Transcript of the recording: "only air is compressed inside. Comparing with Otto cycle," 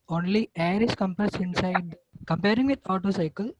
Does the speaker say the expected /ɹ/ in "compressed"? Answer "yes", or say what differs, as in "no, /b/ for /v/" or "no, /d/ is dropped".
no, /ɹ/ is dropped